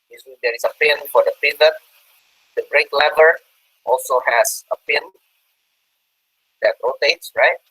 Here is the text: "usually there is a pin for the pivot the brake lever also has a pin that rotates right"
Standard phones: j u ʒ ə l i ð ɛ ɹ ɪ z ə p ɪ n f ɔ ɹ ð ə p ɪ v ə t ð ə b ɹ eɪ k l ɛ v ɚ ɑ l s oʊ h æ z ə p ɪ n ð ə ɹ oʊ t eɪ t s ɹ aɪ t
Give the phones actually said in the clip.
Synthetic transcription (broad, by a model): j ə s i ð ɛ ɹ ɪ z ə p ɪ n f ɔ ɹ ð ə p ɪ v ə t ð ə b ɹ eɪ k l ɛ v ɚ ɑ l s oʊ h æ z ə p ɪ n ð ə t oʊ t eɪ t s ɹ aɪ t